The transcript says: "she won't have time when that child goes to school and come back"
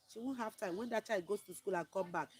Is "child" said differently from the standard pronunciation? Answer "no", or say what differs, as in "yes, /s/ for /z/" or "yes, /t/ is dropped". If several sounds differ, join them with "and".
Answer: yes, /l/ is dropped